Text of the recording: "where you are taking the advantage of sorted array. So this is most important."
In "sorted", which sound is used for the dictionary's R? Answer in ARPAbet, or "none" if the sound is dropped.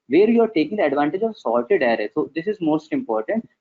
L